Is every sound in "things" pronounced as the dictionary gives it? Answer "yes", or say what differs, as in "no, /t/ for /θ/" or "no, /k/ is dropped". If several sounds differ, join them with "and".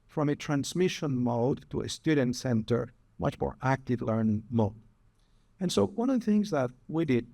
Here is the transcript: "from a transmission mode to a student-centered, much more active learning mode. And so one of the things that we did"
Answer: yes